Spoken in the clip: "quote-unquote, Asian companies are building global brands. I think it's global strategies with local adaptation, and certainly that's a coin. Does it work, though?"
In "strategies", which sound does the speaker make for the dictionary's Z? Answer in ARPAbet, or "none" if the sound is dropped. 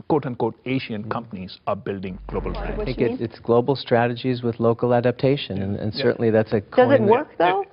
Z